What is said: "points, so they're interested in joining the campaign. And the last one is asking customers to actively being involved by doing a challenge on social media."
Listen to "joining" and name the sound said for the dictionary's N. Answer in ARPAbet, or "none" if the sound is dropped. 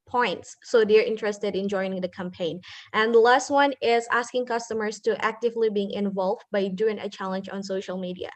none